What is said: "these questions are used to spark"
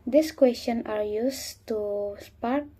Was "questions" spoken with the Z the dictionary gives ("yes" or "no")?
no